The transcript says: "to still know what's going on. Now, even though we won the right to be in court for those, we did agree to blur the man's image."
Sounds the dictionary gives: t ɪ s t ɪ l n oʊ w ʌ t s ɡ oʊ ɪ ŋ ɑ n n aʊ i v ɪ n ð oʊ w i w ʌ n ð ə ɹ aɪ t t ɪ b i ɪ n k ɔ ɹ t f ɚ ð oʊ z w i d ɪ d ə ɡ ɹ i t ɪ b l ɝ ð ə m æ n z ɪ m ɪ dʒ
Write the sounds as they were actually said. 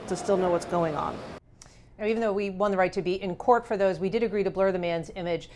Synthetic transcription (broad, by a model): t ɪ s t ɪ l n oʊ w ʌ t s ɡ oʊ ɪ ŋ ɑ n n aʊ i v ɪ n ð oʊ w i w ʌ n ð ə ɹ aɪ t t ɪ b i ɪ n k ɔ ɹ t f ɚ ð oʊ z w i d ɪ d ə ɡ ɹ i t ɪ b l ɝ ð ə m æ n z ɪ m ɪ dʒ